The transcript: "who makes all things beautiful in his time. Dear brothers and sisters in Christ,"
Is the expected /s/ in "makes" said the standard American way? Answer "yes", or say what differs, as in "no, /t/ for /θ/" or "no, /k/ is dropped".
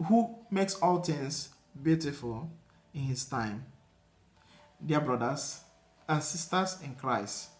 yes